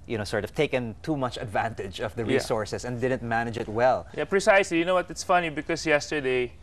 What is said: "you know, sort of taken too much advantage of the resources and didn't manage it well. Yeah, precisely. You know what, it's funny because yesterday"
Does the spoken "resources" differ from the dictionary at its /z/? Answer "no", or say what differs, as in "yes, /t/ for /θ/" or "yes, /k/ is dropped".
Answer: yes, /s/ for /z/